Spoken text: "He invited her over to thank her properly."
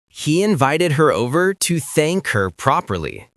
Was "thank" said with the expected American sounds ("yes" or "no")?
yes